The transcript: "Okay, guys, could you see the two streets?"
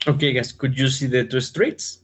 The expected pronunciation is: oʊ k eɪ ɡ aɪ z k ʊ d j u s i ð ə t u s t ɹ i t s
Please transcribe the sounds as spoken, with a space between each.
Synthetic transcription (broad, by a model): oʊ k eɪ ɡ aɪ s k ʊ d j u s i ð ə t u s t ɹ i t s